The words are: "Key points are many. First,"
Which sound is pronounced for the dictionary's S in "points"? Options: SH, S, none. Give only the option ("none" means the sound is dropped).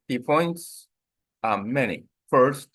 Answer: S